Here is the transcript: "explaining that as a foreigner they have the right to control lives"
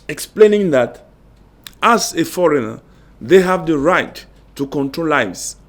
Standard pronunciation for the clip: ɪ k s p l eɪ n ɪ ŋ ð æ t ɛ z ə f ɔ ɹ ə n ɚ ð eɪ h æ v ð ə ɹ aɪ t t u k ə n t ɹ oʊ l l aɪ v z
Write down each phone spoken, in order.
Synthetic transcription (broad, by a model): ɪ k s p l eɪ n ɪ ŋ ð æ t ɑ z ə f ɔ ɹ ə n ɚ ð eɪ h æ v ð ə ɹ aɪ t t u k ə n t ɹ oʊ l l aɪ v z